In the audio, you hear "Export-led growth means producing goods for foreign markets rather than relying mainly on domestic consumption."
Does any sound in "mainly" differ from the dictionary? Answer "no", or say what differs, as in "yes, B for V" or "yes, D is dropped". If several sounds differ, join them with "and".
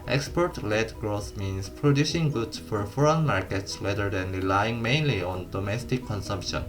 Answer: no